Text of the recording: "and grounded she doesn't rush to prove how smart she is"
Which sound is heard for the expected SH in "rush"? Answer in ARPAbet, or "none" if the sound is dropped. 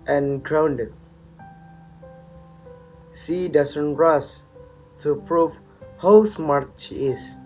S